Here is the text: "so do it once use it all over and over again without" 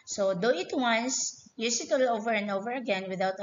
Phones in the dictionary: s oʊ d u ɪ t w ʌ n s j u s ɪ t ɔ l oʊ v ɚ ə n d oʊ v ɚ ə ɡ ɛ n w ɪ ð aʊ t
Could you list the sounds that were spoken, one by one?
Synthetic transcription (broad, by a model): s oʊ d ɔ ɪ t w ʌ n s j u s ɪ t ɔ l oʊ v ɚ ə n d oʊ v ɚ ə ɡ ɛ n w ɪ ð aʊ t